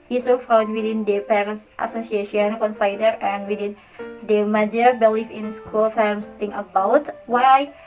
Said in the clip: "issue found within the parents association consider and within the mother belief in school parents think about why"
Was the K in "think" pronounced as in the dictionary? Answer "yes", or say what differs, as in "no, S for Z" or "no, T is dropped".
no, K is dropped